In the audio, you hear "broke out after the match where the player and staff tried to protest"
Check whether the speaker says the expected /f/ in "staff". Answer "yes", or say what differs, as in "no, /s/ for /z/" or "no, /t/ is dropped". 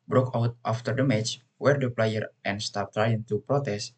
no, /p/ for /f/